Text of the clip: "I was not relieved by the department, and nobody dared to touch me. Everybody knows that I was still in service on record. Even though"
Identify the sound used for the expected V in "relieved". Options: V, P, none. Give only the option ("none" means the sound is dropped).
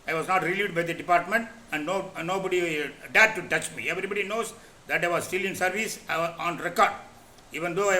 none